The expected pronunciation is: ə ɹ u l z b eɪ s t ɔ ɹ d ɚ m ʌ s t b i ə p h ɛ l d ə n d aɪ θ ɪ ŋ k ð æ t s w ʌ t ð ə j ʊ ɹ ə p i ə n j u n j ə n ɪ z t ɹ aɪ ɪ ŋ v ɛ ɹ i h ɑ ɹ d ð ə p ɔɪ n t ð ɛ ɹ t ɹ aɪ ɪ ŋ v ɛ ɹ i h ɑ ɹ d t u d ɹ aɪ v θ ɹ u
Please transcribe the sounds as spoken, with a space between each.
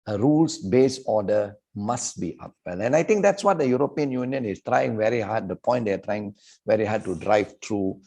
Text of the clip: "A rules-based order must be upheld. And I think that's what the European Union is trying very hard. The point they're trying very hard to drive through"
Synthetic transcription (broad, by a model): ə ɹ u l s b eɪ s ɔ d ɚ m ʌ s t b i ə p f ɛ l ə n aɪ t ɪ ŋ k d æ t s w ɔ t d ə j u ɹ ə p i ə n j u n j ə n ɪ s t ɹ aɪ ɪ ŋ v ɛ ɹ i h ɑ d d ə p ɔɪ n t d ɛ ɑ t ɹ aɪ ɪ ŋ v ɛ ɹ i h ɑ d t u d ɹ aɪ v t ɹ u